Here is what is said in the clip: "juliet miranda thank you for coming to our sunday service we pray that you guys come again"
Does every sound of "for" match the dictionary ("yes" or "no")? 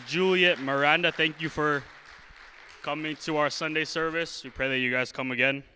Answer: yes